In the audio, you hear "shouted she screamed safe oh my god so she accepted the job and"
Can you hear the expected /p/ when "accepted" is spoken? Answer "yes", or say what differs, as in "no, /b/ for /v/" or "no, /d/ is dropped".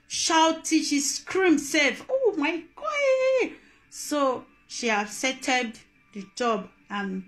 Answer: no, /p/ is dropped